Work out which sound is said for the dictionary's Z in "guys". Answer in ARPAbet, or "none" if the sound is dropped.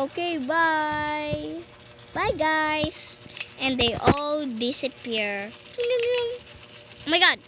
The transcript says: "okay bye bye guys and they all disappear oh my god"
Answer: S